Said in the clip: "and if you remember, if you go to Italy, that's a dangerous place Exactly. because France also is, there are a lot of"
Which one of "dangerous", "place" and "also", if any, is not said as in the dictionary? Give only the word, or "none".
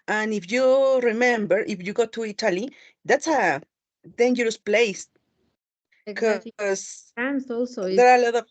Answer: place